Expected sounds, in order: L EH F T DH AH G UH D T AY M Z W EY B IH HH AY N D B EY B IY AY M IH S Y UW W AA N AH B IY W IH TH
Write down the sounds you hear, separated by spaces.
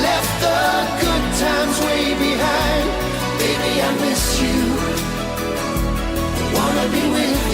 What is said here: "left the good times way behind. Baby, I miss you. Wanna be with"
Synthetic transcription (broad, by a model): L EH F T DH AH G UH D T AY M Z W EY B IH HH AY N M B EY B IY AY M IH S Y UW W AA N AH B IY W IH